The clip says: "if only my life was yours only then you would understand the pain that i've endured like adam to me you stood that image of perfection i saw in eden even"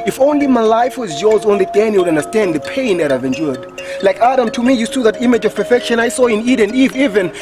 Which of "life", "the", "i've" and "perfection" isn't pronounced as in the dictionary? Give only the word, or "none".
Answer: none